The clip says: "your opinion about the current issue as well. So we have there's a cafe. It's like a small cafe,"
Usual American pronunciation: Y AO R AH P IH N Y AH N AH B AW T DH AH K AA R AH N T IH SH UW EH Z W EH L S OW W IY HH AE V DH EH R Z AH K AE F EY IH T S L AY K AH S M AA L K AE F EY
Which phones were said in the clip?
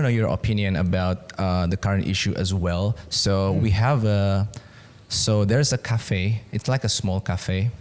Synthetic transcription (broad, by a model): Y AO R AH P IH N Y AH N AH B AW T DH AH K AA R AH N T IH SH UW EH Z W EH L S OW W IY HH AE V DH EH R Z AH K AE F EY IH T S L AY K AH S M AA L K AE F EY